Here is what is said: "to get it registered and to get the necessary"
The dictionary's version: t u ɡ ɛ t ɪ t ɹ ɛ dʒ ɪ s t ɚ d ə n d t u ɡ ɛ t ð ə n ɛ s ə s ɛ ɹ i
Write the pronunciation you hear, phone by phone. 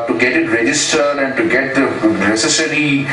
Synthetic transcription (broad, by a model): t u ɡ ɛ t ɪ t ɹ ɛ dʒ ɪ s t ɚ d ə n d t u ɡ ɛ t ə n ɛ s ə s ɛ ɹ i